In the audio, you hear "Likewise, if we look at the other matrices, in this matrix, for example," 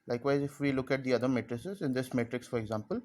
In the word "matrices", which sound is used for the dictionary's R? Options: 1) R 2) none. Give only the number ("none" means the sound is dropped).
1